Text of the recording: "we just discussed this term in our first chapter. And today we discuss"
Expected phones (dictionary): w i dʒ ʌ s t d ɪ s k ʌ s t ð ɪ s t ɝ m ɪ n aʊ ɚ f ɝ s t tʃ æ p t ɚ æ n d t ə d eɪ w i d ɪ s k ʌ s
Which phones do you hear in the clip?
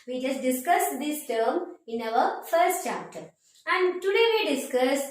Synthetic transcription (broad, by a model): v i dʒ ʌ s t d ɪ s k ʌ s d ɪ s t ɝ m ɪ n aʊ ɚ f ɝ s t tʃ æ p t ɚ æ n d t ə d eɪ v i d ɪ s k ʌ s